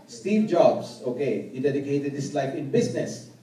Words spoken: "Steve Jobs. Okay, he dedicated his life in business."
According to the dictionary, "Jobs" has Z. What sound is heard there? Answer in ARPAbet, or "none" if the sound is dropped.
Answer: S